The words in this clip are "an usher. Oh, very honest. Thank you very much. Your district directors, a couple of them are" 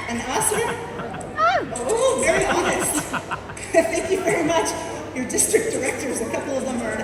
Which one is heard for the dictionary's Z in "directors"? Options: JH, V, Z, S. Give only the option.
Z